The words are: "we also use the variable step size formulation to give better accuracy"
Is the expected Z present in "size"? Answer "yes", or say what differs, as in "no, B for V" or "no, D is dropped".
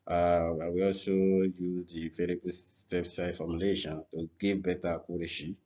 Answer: no, Z is dropped